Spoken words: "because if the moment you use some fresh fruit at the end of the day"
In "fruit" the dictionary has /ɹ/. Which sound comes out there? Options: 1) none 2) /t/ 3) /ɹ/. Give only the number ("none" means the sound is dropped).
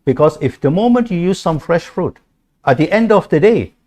3